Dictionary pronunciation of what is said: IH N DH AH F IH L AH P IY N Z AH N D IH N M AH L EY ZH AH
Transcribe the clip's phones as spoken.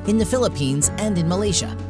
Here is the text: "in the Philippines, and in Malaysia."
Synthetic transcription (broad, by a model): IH N DH AH F IH L AH P IY N Z AH N D IH N M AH L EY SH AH